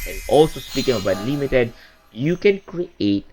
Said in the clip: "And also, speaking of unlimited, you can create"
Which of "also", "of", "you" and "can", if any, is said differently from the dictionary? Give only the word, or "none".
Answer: of